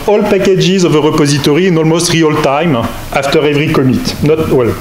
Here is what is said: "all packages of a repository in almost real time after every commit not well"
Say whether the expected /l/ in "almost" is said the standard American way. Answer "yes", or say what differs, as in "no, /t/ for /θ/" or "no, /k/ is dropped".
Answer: yes